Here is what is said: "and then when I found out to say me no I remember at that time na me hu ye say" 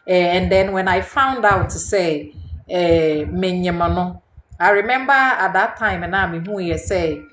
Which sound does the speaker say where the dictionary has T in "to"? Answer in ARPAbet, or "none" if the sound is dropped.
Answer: S